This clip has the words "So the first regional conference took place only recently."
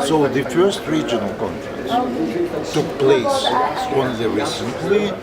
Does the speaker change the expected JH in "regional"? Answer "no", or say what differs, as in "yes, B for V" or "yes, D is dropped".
no